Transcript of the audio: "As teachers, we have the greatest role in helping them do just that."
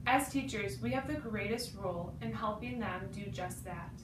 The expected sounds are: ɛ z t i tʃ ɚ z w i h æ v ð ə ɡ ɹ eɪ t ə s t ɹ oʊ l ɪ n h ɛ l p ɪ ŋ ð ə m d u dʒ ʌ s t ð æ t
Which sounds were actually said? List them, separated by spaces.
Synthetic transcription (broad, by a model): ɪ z t i tʃ ɚ z w i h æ v ð ə ɡ ɹ eɪ t ə s t ɹ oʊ l ɪ n h ɛ l p ɪ ŋ ð ə m d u dʒ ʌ s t ð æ t